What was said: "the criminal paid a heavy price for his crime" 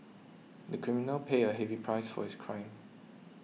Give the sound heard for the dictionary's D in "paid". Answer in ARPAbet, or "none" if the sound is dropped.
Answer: none